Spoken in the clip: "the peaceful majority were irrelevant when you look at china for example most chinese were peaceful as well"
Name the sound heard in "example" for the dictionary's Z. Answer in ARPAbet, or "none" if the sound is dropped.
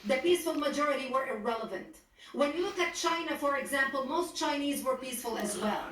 Z